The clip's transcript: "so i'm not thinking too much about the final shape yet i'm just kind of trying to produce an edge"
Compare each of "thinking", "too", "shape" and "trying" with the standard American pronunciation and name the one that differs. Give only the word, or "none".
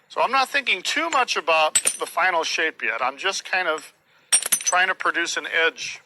none